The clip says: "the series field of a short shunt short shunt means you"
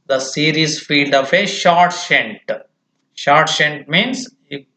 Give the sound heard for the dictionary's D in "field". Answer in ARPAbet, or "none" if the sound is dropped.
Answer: D